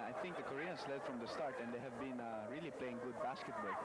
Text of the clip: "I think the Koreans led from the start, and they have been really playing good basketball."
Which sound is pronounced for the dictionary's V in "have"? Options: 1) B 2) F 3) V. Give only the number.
3